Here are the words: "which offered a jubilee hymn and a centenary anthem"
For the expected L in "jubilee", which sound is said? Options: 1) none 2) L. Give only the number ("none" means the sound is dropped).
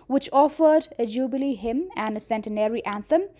2